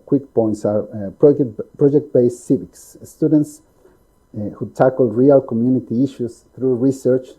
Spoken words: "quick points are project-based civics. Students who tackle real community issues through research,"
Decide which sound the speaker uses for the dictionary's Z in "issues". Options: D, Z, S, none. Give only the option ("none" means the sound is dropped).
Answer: S